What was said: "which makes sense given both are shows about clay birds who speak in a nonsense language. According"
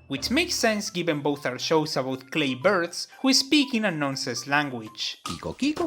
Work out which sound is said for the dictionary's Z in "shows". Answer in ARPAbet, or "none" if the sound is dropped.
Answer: S